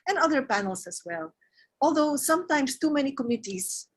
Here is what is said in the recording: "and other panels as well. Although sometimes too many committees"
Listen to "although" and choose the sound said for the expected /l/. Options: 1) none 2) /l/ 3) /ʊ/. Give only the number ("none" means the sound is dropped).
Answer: 2